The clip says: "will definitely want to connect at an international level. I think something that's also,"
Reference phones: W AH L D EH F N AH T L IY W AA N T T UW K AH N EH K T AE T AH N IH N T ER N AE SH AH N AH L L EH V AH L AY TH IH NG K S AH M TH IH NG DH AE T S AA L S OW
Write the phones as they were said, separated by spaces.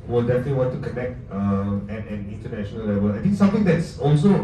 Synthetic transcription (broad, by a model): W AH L D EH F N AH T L IY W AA N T T UW K AH N EH K T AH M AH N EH N T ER N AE SH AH N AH L L EH V AH L AY T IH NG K S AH M T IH NG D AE T S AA L S OW